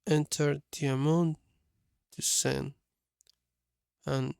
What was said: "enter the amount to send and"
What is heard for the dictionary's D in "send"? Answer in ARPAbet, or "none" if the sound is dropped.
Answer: none